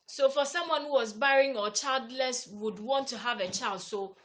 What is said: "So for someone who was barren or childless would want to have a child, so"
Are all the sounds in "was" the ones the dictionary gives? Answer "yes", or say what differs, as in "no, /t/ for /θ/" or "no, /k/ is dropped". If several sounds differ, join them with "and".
yes